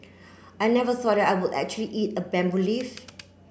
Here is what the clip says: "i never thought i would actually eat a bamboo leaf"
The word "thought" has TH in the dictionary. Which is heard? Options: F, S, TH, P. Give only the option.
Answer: S